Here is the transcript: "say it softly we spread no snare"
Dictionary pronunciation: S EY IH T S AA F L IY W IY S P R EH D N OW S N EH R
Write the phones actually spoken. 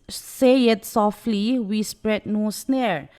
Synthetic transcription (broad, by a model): S EY IH T S AA F L IY W IY S P R EH D N OW S N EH R